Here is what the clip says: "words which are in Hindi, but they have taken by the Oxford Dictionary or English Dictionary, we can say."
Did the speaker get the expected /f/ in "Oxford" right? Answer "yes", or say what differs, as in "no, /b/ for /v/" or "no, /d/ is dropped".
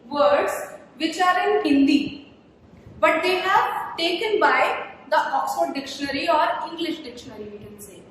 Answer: no, /f/ is dropped